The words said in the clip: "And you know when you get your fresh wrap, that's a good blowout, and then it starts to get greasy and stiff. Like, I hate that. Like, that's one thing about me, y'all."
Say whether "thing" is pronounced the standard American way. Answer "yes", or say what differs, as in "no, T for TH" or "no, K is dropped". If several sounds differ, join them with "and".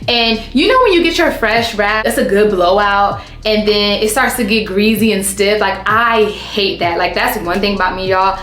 yes